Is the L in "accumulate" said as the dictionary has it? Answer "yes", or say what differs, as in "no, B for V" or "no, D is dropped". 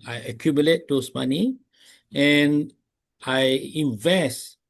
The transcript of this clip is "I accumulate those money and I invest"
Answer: yes